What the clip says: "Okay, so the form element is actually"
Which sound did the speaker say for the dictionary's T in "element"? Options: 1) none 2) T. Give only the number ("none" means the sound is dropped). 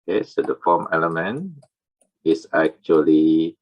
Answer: 1